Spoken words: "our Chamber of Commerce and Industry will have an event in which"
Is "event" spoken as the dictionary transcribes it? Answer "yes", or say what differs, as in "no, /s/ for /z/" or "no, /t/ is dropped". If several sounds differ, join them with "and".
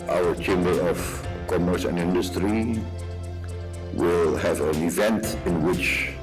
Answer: yes